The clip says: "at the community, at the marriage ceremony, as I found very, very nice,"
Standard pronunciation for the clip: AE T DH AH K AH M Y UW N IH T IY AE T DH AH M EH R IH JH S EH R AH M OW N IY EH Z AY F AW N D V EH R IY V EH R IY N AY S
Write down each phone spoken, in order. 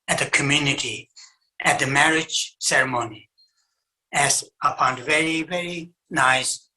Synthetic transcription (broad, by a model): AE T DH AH K AH M Y UW N IH T IY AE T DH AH M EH R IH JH S EH R AH M OW N IY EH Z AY P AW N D V EH R IY V EH R IY N AY S